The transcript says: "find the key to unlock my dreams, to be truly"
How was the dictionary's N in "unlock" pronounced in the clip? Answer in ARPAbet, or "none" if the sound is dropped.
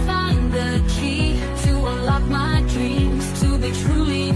none